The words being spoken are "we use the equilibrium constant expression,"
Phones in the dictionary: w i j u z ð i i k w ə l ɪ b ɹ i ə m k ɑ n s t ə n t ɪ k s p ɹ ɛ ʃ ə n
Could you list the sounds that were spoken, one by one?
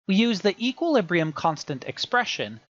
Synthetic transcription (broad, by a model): w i j u z ð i i k w ə l ɪ b ɹ i ə m k ɑ n s t ə n t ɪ k s p ɹ ɛ ʃ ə n